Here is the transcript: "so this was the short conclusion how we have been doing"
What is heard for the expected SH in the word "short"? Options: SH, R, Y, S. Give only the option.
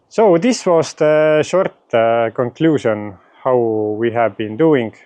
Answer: SH